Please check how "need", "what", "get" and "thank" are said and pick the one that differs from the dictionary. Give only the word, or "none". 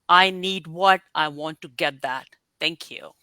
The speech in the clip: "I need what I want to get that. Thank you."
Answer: thank